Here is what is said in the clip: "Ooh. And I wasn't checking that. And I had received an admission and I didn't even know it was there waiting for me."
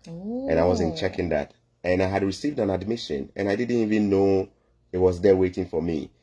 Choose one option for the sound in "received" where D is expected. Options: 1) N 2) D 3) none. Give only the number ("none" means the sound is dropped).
2